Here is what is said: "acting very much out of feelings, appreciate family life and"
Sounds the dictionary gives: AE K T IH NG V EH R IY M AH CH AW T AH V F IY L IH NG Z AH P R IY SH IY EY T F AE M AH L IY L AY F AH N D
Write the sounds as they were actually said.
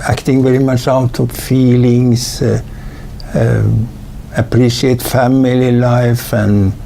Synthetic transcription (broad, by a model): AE K T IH NG V EH R IY M AH CH AW T AH V F IY L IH NG S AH P R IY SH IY EY T F AE M AH L IY L AY F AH N